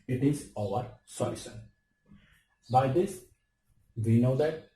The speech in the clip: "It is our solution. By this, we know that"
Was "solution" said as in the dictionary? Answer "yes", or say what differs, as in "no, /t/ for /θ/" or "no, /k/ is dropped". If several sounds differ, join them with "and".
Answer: no, /s/ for /ʃ/